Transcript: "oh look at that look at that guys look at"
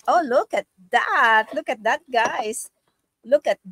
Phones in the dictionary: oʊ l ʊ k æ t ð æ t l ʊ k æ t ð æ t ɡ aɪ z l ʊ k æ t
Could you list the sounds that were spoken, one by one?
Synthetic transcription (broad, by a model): oʊ l ʊ k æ t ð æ t l ʊ k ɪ t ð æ t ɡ aɪ s l ʊ k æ t